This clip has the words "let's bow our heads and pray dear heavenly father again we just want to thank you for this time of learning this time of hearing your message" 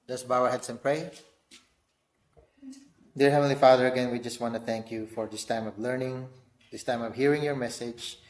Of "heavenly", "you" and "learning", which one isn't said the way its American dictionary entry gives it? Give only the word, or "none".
heavenly